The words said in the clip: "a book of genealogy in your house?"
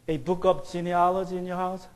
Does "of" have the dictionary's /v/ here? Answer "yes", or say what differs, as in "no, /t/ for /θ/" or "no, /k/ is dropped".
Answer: no, /p/ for /v/